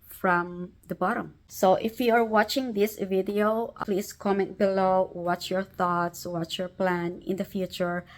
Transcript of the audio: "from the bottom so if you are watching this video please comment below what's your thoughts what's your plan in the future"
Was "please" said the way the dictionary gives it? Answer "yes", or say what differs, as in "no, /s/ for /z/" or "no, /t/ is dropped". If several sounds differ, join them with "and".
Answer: no, /s/ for /z/